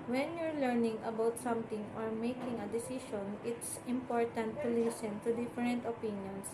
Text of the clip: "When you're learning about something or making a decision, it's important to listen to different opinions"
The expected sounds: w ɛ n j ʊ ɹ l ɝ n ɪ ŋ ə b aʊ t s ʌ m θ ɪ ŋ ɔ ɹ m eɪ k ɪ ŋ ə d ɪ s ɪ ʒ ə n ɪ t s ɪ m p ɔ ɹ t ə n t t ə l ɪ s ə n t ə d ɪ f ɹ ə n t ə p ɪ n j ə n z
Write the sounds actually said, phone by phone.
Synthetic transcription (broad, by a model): w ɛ n j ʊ ɹ l ɝ n ɪ ŋ ə b aʊ t s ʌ m t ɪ ŋ ɔ ɹ m eɪ k ɪ ŋ ə d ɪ s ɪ ʃ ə n ɪ t s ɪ m p ɔ ɹ t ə n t t ə l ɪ s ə n t ə d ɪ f ɹ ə n t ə p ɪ n j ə n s